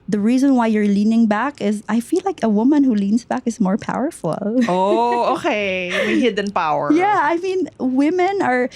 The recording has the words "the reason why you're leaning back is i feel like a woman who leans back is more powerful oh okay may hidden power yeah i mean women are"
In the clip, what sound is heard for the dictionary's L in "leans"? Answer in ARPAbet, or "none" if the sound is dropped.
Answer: L